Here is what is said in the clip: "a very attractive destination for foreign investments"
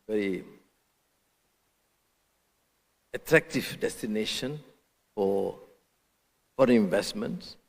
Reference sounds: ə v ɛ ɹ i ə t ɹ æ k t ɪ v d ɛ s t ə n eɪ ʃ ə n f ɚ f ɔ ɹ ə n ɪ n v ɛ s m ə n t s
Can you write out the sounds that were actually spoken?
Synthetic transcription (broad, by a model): v ɛ ɹ i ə t ɹ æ k t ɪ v d ɛ s t ə n eɪ ʃ ə n f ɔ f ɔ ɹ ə ɪ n v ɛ s m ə n t s